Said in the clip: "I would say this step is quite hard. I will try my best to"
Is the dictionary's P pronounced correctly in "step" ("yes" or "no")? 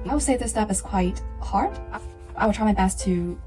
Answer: no